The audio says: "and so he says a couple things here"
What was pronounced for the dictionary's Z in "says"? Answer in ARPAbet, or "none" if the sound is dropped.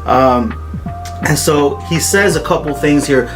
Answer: Z